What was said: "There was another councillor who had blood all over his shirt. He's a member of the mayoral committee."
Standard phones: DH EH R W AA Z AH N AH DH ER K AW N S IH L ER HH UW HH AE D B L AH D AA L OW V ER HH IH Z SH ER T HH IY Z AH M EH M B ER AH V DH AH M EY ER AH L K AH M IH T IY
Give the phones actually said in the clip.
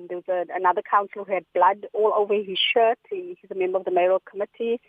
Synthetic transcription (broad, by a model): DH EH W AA Z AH N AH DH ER K AW N S L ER HH UW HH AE D B L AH D AA L OW V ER HH IH Z SH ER T HH IY Z AH M EH M B ER AH V DH AH M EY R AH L K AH M IH T IY